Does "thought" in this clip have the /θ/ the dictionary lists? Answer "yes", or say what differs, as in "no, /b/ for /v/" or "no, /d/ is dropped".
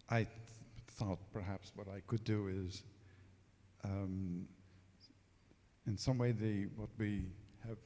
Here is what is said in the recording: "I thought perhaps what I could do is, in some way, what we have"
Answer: yes